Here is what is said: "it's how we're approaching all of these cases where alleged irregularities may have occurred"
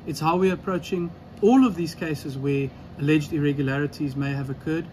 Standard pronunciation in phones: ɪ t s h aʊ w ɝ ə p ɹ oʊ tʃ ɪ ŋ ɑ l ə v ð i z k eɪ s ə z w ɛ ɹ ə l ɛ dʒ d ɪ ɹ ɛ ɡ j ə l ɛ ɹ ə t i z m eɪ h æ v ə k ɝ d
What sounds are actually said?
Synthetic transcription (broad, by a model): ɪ t s h aʊ w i ə p ɹ oʊ tʃ ɪ ŋ ɑ l ə v ð i z k eɪ s ə z w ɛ ə l ɛ dʒ d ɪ ɹ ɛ ɡ j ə l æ ɹ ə t i z m eɪ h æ v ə k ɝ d